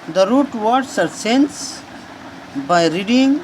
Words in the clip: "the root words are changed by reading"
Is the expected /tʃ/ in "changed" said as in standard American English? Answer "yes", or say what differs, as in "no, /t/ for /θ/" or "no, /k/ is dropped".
no, /s/ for /tʃ/